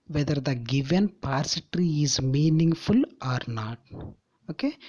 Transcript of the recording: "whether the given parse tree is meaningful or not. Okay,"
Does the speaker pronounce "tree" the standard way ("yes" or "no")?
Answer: yes